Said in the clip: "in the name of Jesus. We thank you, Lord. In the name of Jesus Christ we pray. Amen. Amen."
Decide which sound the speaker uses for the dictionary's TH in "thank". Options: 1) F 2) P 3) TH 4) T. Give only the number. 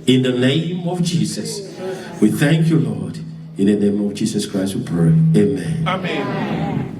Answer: 3